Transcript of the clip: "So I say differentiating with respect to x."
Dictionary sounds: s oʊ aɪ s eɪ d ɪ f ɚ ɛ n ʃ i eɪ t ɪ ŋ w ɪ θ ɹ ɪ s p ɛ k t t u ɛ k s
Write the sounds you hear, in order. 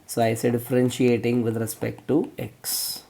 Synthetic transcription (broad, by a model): s oʊ aɪ s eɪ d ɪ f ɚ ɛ n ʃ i eɪ t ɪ ŋ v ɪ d ɹ ɪ s p ɛ k t t u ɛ k s